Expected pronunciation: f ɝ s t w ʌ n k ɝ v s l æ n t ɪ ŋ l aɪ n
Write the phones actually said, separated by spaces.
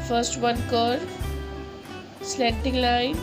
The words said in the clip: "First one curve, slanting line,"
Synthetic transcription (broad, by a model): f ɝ s t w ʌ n k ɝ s l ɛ t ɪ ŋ l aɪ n